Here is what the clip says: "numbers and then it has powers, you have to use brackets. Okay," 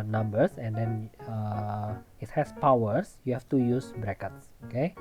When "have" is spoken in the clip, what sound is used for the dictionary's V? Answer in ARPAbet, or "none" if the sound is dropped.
F